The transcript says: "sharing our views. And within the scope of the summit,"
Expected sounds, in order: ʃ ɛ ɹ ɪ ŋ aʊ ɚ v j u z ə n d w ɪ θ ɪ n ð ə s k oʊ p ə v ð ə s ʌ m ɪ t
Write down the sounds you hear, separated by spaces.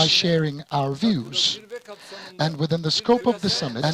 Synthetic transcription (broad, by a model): ʃ ɛ ɹ ɪ ŋ aʊ ɚ v j u z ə n w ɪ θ ɪ n ð ə s k oʊ p ə v ð ə s ʌ m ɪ